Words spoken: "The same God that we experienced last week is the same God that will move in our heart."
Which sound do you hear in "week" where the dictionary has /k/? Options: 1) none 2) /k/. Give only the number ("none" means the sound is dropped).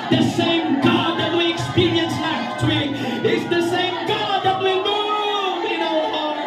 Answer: 1